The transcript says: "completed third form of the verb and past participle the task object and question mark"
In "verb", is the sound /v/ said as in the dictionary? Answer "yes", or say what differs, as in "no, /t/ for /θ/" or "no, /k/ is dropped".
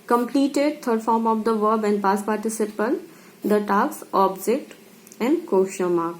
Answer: yes